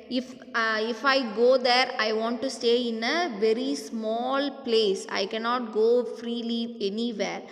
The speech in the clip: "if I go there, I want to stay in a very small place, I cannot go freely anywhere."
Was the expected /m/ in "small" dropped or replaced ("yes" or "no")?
no